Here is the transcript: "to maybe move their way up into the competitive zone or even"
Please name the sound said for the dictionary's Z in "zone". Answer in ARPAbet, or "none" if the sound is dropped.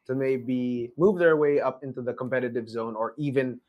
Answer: Z